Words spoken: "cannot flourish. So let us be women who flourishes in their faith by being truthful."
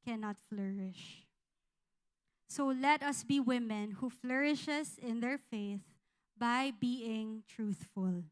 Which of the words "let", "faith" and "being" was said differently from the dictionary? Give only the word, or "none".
none